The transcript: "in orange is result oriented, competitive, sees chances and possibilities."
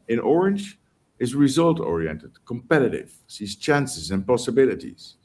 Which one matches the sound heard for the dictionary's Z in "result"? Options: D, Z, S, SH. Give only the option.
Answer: Z